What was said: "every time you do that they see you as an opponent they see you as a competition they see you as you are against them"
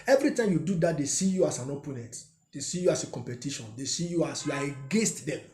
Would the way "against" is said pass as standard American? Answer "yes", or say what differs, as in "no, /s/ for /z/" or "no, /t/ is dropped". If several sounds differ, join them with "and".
yes